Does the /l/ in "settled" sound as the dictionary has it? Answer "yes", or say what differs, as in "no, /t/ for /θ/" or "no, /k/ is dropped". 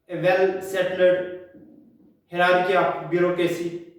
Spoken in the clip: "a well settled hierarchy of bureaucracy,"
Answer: no, /l/ is dropped